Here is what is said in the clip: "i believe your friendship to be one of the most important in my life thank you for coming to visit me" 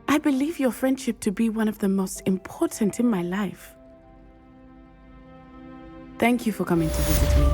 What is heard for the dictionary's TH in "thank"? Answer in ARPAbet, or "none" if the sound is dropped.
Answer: TH